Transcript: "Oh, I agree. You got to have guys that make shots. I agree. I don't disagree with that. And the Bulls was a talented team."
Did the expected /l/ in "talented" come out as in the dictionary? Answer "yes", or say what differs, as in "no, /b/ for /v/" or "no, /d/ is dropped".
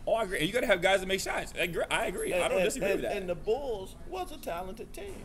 yes